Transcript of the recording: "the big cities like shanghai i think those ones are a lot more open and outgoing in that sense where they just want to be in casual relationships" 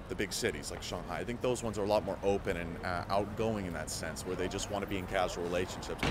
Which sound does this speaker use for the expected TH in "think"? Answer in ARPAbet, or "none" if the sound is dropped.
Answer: TH